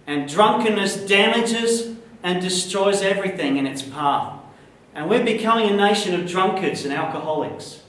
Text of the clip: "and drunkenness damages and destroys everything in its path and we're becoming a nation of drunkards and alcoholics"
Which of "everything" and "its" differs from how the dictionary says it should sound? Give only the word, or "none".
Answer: none